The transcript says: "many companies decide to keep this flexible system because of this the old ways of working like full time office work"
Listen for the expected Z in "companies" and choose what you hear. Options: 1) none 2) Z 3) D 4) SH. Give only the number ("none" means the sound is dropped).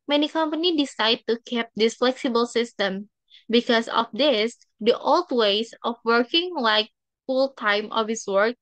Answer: 1